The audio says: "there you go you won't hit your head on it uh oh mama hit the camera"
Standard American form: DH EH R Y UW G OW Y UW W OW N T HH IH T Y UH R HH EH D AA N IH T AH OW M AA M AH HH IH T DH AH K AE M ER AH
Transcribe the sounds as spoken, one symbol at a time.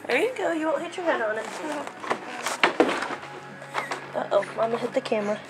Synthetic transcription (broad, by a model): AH R Y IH G OW Y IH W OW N HH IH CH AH R HH EH D N IH T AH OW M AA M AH HH IH T DH AH K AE M ER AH